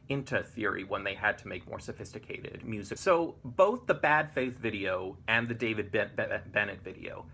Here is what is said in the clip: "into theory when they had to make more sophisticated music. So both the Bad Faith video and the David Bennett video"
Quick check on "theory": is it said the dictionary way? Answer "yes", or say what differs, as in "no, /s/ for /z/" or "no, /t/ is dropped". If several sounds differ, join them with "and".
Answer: yes